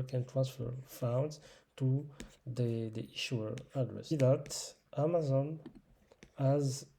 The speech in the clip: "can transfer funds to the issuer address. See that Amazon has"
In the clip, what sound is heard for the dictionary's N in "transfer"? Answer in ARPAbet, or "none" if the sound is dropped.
N